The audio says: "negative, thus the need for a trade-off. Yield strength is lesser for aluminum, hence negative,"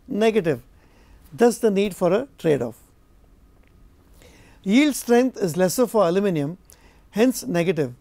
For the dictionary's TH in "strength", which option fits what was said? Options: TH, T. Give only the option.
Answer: T